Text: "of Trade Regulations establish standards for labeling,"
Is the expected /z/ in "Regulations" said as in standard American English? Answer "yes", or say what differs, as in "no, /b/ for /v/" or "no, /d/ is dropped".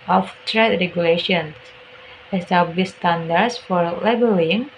no, /s/ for /z/